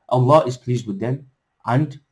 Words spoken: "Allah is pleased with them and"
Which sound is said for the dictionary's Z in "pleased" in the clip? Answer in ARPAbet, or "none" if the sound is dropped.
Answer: Z